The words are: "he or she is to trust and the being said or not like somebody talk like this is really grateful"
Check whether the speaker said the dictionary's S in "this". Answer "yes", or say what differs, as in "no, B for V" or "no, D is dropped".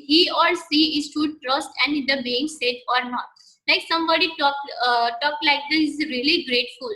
no, S is dropped